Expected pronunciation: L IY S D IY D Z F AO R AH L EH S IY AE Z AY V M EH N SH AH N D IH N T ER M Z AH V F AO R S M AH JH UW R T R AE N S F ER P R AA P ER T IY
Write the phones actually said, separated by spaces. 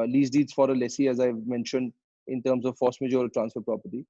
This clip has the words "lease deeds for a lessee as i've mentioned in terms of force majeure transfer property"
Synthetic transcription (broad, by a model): L IY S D IY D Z F AO R AH L EH S IY AE Z AY V M EH N SH AH N D IH N T ER M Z AH V F AO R S M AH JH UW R T R AE N S F ER P R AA P ER T IY